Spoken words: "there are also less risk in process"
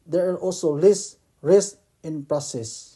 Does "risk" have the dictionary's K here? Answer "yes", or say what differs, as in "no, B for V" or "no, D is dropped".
no, K is dropped